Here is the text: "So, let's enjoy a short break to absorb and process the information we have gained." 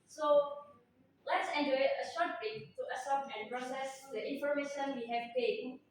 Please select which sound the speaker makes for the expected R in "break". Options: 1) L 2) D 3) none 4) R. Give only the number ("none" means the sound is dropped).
3